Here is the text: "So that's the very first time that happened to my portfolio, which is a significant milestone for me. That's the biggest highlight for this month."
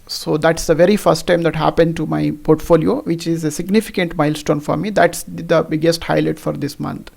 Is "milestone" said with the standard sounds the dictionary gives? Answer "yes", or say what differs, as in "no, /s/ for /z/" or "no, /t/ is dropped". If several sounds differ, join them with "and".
yes